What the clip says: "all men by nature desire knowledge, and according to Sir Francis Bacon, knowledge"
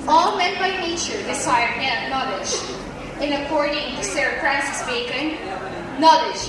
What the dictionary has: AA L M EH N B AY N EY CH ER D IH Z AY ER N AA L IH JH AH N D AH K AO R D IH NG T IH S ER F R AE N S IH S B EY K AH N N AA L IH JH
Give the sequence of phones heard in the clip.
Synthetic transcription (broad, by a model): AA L M EH N B AY N EY CH ER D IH S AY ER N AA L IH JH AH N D AH K AO R D IH NG T IH S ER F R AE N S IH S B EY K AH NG N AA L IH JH